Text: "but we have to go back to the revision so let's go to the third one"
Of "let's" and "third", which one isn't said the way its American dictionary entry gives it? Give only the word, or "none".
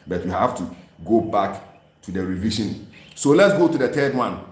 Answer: third